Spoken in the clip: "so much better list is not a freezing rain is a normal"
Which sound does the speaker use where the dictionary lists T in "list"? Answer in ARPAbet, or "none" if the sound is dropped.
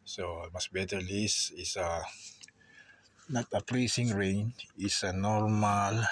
none